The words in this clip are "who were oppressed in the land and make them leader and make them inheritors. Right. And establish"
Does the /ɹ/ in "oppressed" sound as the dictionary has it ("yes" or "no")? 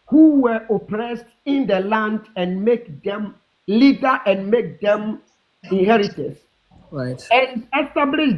yes